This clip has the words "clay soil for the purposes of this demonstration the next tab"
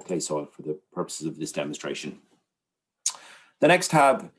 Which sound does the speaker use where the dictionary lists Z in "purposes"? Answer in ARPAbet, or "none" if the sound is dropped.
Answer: Z